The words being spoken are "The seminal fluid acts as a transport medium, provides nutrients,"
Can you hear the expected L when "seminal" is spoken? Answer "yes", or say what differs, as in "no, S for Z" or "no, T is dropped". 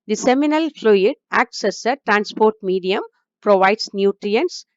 yes